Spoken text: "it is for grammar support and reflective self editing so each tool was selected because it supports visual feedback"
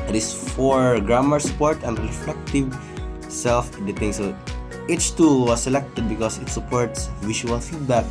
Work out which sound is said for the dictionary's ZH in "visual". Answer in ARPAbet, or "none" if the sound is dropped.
SH